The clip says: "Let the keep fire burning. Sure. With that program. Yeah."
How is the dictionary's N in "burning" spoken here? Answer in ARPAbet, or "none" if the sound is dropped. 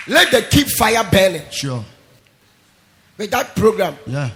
L